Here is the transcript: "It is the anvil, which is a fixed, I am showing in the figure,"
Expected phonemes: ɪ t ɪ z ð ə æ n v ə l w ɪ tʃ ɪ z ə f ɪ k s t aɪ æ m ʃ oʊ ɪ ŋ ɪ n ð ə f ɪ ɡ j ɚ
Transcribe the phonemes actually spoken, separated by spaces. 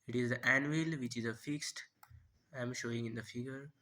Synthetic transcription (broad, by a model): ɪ t ɪ z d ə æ n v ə l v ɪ tʃ ɪ z ə f ɪ k s t aɪ m ʃ oʊ ɪ ŋ ɪ n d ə f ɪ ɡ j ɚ